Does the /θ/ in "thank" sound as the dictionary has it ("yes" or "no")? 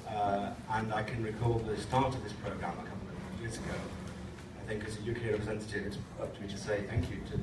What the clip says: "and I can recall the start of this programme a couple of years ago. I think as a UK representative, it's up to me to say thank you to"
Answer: yes